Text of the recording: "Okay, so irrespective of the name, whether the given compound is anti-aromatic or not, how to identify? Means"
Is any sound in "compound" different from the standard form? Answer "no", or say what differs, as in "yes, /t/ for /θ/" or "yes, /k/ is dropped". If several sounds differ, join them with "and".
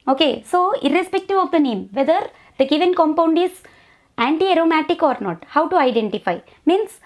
no